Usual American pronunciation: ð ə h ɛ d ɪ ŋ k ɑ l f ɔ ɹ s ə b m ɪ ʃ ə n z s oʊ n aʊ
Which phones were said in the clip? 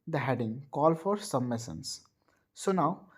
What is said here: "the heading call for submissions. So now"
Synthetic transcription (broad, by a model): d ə h ɛ d ɪ ŋ k ɑ l f ɔ ɹ s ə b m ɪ s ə n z s oʊ n aʊ